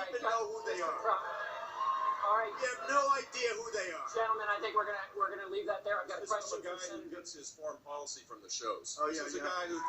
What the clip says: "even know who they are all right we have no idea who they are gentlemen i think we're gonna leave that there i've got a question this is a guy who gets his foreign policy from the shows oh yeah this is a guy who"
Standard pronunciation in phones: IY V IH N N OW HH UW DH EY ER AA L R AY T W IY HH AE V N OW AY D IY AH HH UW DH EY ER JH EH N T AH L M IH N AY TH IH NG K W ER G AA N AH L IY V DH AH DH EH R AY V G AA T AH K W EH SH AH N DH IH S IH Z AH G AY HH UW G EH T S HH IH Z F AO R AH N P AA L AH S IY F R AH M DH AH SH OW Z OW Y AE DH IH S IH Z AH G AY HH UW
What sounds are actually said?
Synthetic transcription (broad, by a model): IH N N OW HH UW DH EY ER AA L R AY T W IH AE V N OW AY D IY AH HH UW DH EY ER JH EH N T L M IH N AY TH IH NG K W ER G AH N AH W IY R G AH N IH L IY V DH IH T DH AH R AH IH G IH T AH G AY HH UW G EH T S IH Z F AO R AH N P AA L AH S IY F R AH M DH AH SH OW Z OW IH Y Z AH G AY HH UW